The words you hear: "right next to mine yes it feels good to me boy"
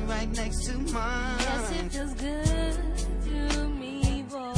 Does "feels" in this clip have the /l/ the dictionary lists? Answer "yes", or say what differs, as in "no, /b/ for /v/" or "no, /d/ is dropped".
no, /l/ is dropped